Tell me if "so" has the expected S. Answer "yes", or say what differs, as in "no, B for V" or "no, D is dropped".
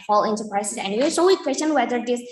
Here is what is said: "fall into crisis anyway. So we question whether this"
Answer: no, SH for S